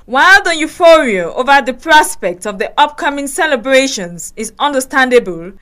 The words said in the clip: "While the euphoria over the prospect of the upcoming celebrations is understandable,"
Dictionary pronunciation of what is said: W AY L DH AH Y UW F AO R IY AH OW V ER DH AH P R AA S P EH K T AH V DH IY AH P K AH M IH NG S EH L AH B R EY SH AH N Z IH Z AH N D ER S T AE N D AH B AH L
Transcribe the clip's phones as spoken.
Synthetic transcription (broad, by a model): W AY L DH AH Y UW F AO R IY AH OW V ER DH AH P R AA S P EH K T AH V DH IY AH P K AH M IH NG S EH L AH B R EY SH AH N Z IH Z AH N D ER S T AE N D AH B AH L